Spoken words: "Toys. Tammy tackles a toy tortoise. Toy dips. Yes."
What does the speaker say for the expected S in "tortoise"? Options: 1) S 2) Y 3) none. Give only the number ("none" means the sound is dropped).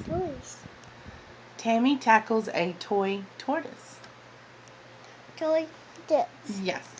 1